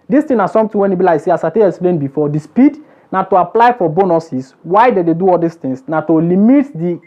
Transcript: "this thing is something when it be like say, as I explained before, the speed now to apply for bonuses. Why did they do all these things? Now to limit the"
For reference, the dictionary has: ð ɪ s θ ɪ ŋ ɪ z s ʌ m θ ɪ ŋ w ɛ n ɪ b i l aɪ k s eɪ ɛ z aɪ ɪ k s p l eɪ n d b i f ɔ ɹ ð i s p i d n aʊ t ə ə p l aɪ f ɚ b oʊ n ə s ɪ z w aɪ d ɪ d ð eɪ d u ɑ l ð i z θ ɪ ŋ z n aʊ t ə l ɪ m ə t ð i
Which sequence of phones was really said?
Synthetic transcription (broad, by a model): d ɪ s t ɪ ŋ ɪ s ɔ m t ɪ w ɛ n ɪ b i l aɪ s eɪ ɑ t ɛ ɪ k s p l eɪ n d b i f ɔ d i s p i d n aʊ t ə ə p l aɪ f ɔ b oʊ n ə s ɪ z w aɪ d ɪ d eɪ d u ɑ l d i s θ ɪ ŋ s n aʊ t ə l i m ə t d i